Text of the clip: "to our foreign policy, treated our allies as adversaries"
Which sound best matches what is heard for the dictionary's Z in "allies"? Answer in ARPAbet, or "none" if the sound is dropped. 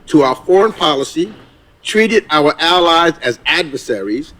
Z